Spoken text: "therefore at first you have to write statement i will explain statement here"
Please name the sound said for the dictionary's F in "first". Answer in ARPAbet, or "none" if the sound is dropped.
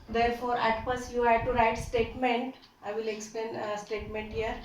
P